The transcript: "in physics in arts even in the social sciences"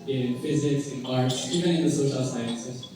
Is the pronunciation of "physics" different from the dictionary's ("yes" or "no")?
no